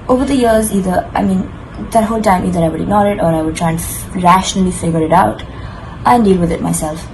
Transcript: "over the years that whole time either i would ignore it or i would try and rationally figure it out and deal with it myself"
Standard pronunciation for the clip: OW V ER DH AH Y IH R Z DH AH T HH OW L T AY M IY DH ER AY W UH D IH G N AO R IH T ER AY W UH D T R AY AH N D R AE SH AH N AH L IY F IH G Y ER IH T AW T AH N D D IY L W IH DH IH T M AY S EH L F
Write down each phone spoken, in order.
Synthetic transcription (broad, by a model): OW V ER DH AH Y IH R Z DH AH T HH OW L T AY M IY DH ER AY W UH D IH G N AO L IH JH ER AY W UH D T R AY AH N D R AE SH AH N AH L IY F IH G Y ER IH T AW T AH N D D IY L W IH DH IH T M AY S EH L F